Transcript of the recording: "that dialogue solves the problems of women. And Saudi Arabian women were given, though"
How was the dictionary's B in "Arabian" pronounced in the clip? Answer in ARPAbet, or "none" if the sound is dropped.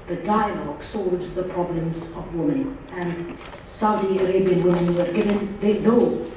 B